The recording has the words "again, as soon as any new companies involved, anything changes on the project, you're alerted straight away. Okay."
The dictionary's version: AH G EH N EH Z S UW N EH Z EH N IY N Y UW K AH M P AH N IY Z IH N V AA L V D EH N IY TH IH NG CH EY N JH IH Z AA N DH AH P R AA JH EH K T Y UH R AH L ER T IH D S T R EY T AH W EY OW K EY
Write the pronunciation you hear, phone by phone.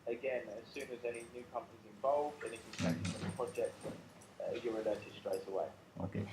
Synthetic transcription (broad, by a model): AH G EH N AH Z S UW N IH Z EH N IY N Y UW K AH M P AH N IY Z IH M V AA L V D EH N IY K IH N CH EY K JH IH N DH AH P R AA JH EH K T Y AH R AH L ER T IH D S T R EY T AH W EY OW K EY